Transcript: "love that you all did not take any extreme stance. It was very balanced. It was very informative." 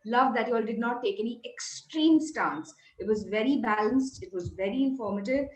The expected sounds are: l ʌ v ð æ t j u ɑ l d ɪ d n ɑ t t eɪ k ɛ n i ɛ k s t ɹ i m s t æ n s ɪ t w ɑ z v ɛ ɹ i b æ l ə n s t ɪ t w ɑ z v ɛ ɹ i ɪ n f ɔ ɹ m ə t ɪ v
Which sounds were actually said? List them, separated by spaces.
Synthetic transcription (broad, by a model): l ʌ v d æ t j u ɑ l d ɪ d n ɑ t t eɪ k ɛ n i ɛ k s t ɹ i m s t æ n s ɪ t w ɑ z v ɛ ɹ i b æ l ə n s t ɪ t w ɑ z v ɛ ɹ i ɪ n f ɔ ɹ m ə t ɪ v